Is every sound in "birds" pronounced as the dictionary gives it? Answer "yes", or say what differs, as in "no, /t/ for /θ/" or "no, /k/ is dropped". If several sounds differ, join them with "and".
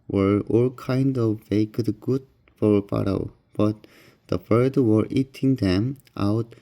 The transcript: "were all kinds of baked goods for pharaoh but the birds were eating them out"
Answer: no, /z/ is dropped